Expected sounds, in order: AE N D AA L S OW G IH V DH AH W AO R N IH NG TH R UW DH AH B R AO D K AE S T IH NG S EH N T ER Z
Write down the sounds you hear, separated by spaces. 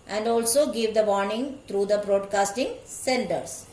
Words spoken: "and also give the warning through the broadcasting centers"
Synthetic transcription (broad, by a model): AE N D AA L S OW G IH V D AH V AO R N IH NG T R UW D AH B R AO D K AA S T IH NG S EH N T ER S